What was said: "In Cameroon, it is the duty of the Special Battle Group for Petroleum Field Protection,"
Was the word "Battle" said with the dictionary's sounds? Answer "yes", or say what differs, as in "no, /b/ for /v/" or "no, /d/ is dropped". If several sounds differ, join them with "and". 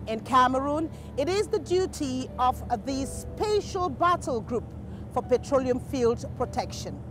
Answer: yes